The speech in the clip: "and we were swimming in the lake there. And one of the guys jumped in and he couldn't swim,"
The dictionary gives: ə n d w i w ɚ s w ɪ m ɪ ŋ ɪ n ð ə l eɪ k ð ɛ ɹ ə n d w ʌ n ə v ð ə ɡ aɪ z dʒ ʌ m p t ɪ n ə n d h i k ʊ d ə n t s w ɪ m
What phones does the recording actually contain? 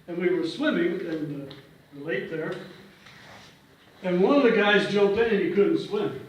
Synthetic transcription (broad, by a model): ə n w i w ɚ s w ɪ m ɪ ŋ ɪ n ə l eɪ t ð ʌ ɹ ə n w ʌ n ə v ð ə ɡ aɪ z dʒ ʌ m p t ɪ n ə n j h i k ʊ d n t s w ɪ m